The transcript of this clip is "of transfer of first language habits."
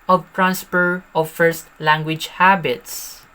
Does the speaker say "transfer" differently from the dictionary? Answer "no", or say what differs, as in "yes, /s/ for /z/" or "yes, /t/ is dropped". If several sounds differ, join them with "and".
yes, /p/ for /f/